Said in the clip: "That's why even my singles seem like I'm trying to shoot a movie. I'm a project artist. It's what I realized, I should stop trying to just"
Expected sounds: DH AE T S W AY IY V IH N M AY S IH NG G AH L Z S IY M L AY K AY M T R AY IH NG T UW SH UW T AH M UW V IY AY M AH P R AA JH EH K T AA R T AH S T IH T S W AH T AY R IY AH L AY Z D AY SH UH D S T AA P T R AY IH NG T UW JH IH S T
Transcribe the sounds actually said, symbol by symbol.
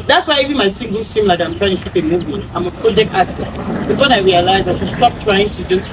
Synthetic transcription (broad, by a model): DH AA T S W AY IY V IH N M AY S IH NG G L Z S IY M L AY K AY M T R AY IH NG T UW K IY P AH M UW B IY AY M AH P R AA JH EH K T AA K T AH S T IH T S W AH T AY R IY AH L AY Z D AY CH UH S T AA P T R AY IH NG T UW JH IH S